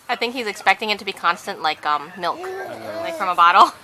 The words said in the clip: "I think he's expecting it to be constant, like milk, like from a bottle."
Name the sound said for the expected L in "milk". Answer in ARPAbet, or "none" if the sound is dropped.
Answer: L